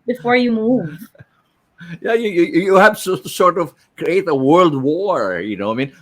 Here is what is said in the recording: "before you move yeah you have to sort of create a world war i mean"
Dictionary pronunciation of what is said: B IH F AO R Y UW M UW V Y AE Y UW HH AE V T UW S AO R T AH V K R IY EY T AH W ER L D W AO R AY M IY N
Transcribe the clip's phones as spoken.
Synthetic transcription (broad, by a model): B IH F AO R Y UW M UW V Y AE Y UW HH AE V S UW S AO R T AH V K R IY EY T AH W ER L D W AO R AY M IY N